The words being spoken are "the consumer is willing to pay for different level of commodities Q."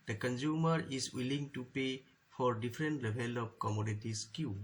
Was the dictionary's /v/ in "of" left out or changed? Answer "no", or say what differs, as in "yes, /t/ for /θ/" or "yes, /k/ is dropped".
yes, /p/ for /v/